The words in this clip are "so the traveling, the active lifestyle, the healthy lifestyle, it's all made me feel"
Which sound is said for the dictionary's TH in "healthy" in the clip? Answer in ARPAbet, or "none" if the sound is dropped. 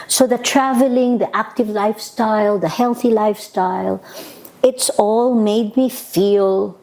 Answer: TH